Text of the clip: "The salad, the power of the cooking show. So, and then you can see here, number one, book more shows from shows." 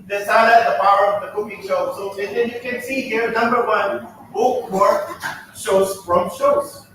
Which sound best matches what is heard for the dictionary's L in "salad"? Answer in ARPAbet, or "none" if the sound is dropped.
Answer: none